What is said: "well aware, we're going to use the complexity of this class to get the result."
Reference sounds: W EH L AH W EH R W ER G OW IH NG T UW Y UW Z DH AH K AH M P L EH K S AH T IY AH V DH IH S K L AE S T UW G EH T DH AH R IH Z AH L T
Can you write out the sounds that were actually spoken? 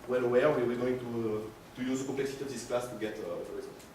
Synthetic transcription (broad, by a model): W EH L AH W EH W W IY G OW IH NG T UW Y UW Z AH K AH P L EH K S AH T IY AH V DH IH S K L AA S T UW G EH T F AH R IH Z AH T